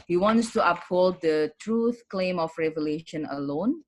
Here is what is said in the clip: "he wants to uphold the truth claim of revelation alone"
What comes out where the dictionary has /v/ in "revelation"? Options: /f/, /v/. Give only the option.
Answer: /v/